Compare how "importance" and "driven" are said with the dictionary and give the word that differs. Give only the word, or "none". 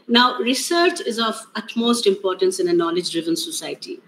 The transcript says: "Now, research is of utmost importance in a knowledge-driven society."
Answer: none